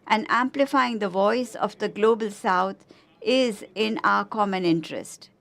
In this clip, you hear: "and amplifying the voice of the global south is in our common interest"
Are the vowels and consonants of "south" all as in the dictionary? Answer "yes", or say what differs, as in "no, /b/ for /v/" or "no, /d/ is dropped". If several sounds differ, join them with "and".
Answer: no, /t/ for /θ/